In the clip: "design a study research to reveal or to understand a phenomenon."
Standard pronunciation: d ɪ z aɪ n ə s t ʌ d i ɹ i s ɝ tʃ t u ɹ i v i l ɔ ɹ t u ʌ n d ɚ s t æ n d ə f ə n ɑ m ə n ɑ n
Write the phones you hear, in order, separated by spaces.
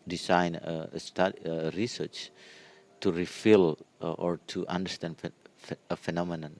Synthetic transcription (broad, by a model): d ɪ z aɪ n ə s t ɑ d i ɹ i s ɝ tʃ t u ɹ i f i l ɔ ɹ t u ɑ n d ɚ s t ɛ n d ə f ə n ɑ m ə n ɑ n